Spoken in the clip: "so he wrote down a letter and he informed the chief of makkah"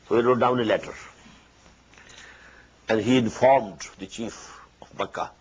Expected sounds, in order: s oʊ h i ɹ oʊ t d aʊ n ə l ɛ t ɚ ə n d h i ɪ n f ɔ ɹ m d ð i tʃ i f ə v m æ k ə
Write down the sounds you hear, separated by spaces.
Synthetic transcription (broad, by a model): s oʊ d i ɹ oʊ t d aʊ n ə l ɛ t ɚ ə n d h i ɪ n f ɔ ɹ m d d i tʃ i f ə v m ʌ k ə